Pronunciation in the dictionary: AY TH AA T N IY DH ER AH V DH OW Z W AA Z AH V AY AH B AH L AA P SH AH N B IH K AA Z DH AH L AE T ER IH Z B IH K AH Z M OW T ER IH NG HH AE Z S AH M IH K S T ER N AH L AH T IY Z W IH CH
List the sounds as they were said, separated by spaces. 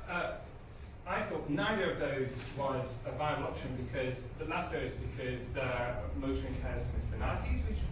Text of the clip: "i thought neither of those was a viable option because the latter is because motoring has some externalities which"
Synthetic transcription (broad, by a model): AY TH AA T N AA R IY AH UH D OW Z W AA Z AH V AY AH AH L AA P SH AH N B IH K AA Z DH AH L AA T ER IH Z B IH K AH Z M OW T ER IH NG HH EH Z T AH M IH S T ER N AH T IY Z W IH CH